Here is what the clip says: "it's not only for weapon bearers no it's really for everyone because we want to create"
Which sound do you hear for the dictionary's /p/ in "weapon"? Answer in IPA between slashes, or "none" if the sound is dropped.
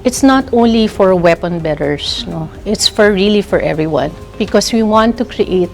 /p/